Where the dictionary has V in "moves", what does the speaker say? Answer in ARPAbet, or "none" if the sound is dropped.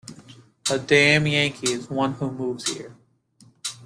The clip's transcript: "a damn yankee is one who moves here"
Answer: V